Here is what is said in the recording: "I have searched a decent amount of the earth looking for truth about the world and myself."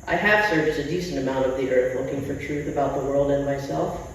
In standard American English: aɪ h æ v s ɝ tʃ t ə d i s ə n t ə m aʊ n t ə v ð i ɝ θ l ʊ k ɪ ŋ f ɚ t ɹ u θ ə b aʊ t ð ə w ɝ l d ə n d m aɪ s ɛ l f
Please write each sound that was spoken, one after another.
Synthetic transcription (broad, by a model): aɪ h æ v s ɝ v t ə d i s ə n t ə m aʊ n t ə v ð i ɝ θ l ʊ k ɪ ŋ f ɚ t ɹ u θ ə b aʊ t ð ə w ɝ l d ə n m aɪ s ɛ l f